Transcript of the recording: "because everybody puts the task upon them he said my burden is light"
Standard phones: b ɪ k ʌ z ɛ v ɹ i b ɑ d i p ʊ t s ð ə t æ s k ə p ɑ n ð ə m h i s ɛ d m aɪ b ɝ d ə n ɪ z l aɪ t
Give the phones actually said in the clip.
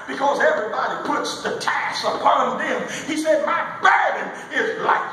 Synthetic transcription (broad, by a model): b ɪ k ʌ z ɛ v ɹ i b ɑ d i p ʊ t s ð ə t æ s ə p ɑ n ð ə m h i s ɛ d m aɪ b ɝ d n ɪ z l aɪ